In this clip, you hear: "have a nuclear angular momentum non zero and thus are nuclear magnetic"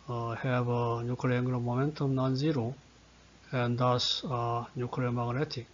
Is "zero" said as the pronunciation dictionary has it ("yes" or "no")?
yes